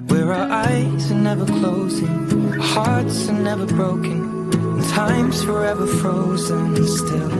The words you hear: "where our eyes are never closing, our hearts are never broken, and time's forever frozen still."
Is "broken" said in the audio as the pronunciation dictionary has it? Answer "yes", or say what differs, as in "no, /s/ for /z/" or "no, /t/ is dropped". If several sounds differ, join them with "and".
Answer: no, /k/ is dropped